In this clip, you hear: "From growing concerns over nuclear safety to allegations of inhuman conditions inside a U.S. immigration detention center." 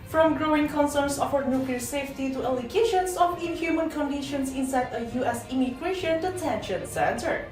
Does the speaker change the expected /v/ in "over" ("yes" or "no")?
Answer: yes